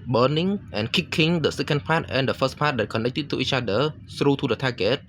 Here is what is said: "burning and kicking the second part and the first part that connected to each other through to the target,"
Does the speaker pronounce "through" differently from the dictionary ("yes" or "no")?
yes